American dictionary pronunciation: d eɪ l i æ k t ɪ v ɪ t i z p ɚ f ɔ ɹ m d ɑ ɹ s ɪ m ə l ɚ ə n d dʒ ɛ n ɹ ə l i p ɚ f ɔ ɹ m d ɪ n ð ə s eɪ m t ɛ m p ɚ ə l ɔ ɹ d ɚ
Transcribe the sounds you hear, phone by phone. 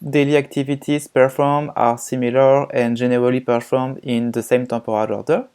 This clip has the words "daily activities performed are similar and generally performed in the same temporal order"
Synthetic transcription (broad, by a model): d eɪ l i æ k t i v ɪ t i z p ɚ f ɔ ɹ m ɑ ɹ s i m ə l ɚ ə n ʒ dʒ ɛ n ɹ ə l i p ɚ f ɔ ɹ m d ɪ n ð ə s eɪ m t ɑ p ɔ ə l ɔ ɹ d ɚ